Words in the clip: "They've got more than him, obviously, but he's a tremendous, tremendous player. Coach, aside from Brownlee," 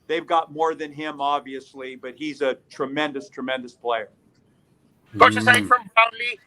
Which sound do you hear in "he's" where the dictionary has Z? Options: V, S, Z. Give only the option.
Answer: Z